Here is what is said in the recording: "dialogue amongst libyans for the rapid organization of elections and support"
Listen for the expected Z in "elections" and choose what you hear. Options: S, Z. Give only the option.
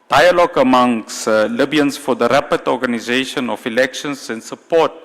S